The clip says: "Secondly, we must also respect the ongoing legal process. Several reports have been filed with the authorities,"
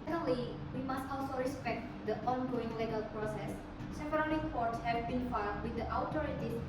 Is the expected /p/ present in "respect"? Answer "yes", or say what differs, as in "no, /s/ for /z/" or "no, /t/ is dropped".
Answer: yes